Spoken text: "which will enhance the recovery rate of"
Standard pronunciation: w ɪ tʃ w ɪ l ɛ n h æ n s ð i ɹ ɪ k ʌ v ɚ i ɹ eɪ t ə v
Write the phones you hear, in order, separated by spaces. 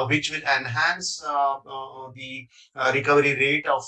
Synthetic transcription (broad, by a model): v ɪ tʃ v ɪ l ɛ n h æ n s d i ɹ ɪ k ʌ v ɚ i ɹ eɪ t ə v